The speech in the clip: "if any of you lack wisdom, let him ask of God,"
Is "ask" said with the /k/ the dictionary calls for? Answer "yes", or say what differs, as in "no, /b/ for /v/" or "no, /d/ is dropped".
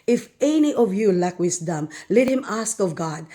yes